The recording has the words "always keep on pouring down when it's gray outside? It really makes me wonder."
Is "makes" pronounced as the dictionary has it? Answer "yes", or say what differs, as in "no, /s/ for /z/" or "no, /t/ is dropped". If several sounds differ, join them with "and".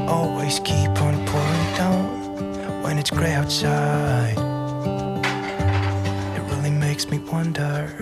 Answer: yes